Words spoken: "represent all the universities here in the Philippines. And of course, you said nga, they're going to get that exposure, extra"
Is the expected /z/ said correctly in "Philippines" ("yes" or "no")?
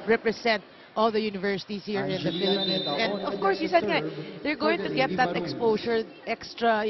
no